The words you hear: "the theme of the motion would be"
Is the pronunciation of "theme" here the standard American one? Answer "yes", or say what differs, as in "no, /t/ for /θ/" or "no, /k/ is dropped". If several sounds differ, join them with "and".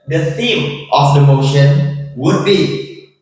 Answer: no, /s/ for /θ/